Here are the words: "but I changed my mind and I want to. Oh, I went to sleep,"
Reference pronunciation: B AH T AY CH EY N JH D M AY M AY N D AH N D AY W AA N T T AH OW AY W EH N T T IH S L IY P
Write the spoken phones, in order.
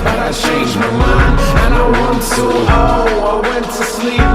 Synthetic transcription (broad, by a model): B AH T AY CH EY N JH M AY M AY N AH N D AY W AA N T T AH OW AY W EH N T T IH S L IY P